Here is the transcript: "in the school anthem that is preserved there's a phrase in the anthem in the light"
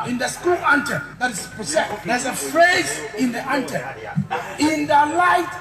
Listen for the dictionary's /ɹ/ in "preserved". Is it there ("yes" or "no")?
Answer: no